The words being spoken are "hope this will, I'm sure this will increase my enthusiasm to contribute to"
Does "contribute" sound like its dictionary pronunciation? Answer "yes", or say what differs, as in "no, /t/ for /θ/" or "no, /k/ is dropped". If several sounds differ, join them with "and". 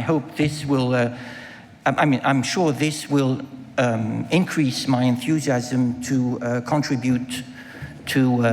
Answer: yes